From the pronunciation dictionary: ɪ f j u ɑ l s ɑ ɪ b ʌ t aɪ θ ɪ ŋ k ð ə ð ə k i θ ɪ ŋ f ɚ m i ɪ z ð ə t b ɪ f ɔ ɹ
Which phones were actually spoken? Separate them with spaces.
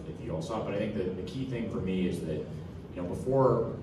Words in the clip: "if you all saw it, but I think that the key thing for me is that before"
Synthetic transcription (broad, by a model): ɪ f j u ɑ l s ɑ b ʌ t aɪ θ ɪ ŋ k ð ə ð ə k i θ ɪ ŋ f ɚ m i ɪ z ð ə t b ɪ f ɔ ɹ